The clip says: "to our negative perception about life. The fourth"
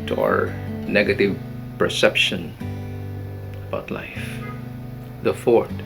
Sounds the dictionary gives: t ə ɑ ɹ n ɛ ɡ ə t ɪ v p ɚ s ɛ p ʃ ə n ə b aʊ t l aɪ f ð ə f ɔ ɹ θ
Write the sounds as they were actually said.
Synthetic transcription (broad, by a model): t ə ɑ ɹ n ɛ ɡ ə t ɪ v p ɚ s ɛ p ʃ ə n ə b aʊ t l aɪ f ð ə f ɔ ɹ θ